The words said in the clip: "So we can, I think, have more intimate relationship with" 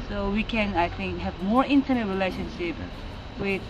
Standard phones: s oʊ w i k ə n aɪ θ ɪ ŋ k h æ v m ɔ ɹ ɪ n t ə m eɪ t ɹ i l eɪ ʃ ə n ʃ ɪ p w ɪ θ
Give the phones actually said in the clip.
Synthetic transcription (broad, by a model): s oʊ w i k ə n aɪ t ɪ ŋ k h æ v m ɔ ɹ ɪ n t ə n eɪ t ɹ i l eɪ ʃ ə n ʃ ɪ p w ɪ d